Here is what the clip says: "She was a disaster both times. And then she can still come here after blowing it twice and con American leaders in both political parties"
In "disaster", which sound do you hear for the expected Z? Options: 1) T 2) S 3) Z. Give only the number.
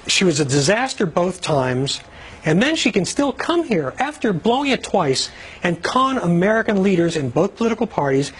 3